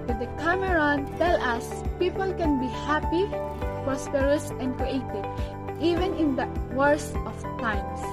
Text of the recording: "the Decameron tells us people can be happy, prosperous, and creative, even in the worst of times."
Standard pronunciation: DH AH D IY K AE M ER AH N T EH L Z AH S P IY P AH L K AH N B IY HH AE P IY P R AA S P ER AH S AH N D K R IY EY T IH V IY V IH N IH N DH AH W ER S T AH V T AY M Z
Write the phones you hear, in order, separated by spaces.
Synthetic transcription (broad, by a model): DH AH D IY K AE M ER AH N T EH L AH S P IY P AH L K AH N B IY HH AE P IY P R AA S P ER AH S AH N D K R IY EY T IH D IY V IH N IH N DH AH W ER S T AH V T AY M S